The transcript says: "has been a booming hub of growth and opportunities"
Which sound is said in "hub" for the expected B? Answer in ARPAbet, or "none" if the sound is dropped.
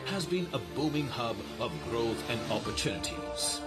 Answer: B